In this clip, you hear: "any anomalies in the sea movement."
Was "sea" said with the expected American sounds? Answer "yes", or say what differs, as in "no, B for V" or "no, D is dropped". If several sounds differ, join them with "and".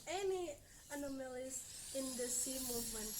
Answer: yes